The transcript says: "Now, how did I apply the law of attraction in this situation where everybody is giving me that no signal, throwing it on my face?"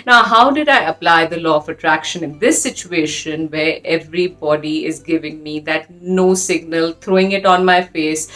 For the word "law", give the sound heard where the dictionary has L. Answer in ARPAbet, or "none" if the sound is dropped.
L